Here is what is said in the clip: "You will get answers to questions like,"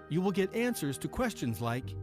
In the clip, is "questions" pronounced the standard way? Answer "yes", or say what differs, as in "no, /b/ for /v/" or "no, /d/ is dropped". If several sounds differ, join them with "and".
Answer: yes